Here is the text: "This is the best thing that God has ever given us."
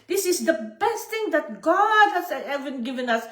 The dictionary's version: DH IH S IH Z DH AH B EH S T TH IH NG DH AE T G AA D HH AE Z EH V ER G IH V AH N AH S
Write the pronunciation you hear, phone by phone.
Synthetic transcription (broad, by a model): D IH S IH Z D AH B EH S T T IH NG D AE T G AA D HH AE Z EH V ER G IH V AH N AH S